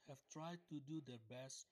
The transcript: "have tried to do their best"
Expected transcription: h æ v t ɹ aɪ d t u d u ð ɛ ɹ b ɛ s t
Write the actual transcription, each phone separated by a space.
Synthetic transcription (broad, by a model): h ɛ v t ɹ aɪ d t u d u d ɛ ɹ b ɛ s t